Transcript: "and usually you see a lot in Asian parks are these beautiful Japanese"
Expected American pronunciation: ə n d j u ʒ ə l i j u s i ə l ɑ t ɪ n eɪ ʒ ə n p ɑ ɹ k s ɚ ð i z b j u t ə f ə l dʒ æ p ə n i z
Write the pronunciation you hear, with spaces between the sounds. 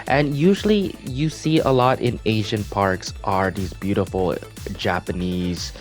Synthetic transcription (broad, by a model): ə n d j u ʒ l i j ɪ s i ə l ɑ t ɪ n eɪ ʒ ə n p ɑ ɹ k s ɚ ð i z b j u t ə f l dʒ æ p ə n i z